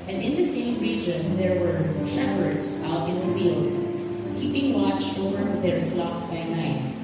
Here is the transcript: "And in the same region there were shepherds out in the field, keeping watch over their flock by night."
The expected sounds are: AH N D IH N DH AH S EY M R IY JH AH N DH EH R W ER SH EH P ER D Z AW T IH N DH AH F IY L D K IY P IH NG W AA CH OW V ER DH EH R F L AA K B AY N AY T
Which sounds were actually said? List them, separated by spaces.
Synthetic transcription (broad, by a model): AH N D IH N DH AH S EY M R IY JH AH N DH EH R W ER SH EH F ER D S AW T IH N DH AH F IY L D K IY P IH NG W AA CH OW V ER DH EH R F L AA K B AY N AY T